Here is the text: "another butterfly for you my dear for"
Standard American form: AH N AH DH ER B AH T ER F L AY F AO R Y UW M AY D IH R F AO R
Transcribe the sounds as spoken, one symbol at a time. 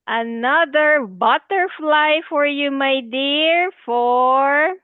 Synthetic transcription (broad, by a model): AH N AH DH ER B AH T ER F L AY F AO R Y UW M AY D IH R F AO R